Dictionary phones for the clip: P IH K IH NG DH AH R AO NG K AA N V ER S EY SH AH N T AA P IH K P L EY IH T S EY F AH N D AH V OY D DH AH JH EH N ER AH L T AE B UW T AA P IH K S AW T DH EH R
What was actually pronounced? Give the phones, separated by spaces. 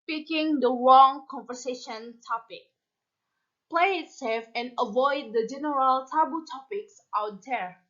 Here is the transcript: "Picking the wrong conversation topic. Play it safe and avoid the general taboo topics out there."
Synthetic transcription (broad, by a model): P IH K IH NG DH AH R AO NG K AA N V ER S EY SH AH N T AA P IH K P L EY IH T S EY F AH N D AH V OY D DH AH JH EH N ER AH L T AE B UW T AA P IH K S AW T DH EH R